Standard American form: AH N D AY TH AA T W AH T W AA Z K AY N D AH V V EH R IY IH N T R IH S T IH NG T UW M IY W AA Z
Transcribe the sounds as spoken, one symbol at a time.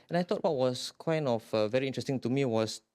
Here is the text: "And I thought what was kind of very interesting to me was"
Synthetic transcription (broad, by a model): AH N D AY T AA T W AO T W AA S K AY N D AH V V EH R IY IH N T R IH S T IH NG T UW M IY W AA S